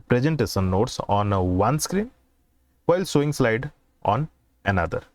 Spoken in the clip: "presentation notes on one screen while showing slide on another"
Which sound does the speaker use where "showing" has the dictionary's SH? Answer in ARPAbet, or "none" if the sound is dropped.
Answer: S